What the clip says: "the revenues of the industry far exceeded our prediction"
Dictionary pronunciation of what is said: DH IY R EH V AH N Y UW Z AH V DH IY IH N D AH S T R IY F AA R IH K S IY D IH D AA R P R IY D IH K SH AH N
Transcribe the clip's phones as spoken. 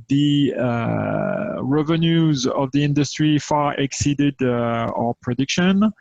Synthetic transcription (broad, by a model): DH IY R EH V AH N Y UW Z AH V DH IY IH N D AH S T R IY F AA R IH K S IY D IH D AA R P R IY D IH K SH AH N